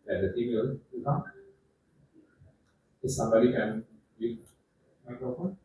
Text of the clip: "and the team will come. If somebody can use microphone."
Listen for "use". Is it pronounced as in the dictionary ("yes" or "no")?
no